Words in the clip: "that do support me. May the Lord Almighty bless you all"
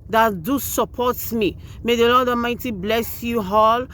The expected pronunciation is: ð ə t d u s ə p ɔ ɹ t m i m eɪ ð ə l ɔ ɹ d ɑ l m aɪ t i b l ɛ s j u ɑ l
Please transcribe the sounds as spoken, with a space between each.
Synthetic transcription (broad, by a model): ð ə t d u s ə p ɔ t m i m eɪ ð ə l ɔ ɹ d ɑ m aɪ t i b l ɛ s j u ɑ l